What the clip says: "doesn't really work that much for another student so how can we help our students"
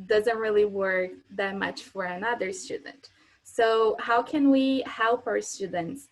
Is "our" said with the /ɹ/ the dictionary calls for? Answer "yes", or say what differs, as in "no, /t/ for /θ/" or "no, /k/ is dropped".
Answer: yes